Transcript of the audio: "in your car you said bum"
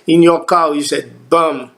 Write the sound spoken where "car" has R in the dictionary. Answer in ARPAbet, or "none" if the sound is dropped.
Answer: W